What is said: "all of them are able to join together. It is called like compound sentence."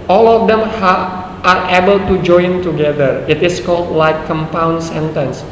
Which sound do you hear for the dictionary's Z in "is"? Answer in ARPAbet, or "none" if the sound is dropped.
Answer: S